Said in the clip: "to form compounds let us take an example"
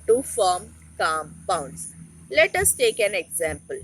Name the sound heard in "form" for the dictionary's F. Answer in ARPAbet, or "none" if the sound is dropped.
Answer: F